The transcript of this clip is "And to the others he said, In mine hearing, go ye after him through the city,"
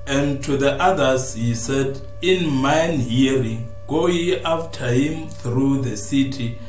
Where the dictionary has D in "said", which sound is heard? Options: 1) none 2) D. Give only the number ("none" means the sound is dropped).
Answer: 2